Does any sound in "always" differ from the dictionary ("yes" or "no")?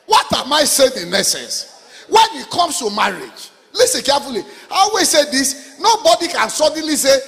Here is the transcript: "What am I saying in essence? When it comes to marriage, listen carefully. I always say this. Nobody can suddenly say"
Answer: yes